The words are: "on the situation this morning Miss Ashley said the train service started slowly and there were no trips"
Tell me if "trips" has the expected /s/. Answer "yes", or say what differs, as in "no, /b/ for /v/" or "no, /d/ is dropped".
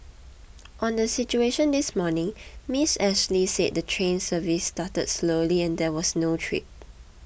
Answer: no, /s/ is dropped